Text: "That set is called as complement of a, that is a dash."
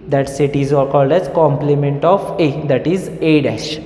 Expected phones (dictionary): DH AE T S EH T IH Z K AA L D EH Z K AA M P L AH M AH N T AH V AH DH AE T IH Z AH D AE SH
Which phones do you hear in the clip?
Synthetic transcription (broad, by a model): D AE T S EH T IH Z K AA L D EH Z K AA M P L AH M AH N T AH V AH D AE T IH Z AH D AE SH